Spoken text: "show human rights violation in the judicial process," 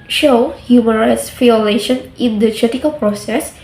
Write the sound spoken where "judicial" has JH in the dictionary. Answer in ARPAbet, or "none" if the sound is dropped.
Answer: CH